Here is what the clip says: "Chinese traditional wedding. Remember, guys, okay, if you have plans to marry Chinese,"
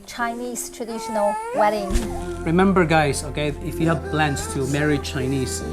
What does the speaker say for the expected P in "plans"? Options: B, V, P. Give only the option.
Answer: B